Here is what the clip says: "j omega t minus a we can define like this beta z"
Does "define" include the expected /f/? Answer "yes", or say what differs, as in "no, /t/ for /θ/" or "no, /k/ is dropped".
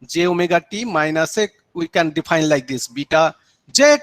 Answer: no, /p/ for /f/